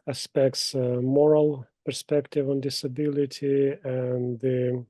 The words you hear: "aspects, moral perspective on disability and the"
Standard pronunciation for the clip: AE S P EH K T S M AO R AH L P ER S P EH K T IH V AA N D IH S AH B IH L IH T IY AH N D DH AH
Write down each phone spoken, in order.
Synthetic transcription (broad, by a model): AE S P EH K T S M AO R AH L P ER S P EH K T IH V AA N D IH S AH B IH L IH T IY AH N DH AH